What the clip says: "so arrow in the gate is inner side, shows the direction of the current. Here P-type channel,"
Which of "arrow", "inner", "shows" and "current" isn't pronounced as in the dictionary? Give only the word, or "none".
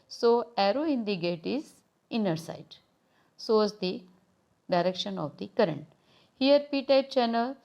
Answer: shows